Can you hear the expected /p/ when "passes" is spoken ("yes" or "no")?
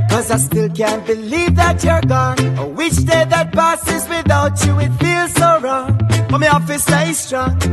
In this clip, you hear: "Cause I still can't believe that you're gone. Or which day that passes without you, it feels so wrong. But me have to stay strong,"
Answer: no